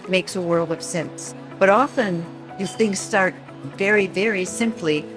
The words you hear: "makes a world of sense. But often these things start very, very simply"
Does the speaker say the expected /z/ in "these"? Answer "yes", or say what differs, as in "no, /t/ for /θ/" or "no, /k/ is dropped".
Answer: no, /z/ is dropped